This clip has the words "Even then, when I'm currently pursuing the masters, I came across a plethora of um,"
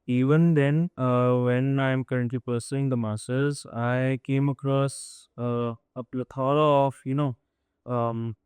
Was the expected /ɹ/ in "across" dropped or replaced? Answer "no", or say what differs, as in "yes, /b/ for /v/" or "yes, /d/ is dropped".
no